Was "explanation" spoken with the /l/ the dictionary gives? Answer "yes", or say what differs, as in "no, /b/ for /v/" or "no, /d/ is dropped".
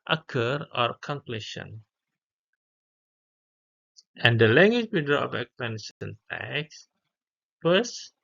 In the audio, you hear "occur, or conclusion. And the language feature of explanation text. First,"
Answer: no, /l/ is dropped